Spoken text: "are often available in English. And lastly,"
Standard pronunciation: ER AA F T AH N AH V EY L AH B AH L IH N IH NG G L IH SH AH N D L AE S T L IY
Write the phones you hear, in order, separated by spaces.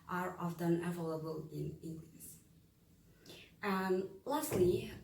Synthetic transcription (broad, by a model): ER AA F T AH N AH V EY L AH B AH L IH N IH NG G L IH S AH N L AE S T L IY